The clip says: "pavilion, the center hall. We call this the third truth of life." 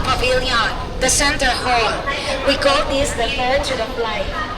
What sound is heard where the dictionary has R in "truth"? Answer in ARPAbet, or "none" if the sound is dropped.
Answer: none